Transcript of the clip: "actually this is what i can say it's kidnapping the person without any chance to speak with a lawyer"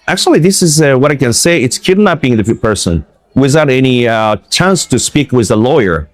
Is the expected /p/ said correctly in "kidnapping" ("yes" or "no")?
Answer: no